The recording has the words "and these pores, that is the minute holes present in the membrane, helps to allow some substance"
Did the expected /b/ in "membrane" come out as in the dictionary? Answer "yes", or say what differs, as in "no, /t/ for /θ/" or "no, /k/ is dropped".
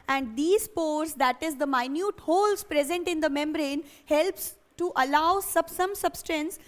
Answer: yes